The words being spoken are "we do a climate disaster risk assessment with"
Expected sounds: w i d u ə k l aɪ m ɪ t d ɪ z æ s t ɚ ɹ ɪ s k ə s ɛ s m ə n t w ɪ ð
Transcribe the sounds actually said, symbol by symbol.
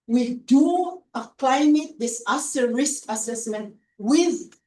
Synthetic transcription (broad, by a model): w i d u ə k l aɪ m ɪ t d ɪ s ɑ s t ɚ ɹ ɪ s k ə s ɛ s m ə n t w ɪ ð